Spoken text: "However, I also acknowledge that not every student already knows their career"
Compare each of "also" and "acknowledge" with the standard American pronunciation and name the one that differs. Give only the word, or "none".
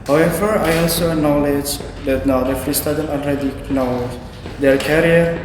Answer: acknowledge